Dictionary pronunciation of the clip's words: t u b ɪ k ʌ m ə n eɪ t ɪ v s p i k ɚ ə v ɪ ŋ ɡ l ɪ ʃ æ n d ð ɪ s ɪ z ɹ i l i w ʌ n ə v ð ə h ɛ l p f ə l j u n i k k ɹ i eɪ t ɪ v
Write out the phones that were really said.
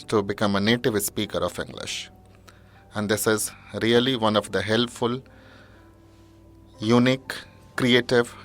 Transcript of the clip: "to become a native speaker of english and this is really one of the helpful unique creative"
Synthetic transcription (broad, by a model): t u b ɪ k ʌ m ə n eɪ t ɪ v s p i k ɚ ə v ɪ ŋ ɡ l ɪ ʃ æ n d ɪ s ɪ z ɹ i l i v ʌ n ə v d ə h ɛ l p f ə l j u n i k k ɹ i eɪ t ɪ v